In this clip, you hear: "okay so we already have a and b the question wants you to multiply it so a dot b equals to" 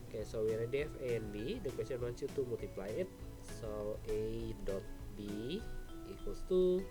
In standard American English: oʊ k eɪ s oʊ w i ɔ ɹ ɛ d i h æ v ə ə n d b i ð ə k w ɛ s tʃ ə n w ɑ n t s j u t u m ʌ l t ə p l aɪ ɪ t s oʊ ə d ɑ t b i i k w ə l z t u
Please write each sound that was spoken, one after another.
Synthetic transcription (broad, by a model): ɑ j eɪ s oʊ w i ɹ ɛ d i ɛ f ə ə n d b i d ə k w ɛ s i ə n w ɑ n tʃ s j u t u m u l t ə p l aɪ ɪ t s oʊ ə d ɑ t b i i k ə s t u